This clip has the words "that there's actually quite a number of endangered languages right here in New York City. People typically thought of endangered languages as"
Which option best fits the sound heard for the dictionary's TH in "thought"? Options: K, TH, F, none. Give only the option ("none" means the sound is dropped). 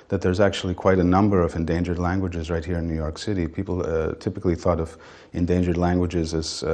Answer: TH